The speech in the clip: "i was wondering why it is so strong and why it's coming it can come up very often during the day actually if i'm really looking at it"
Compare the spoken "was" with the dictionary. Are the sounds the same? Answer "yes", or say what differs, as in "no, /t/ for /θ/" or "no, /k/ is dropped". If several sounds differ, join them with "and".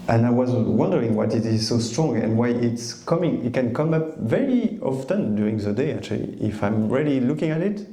yes